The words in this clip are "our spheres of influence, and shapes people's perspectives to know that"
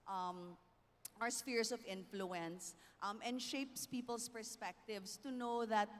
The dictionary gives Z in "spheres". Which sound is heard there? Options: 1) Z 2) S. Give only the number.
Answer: 2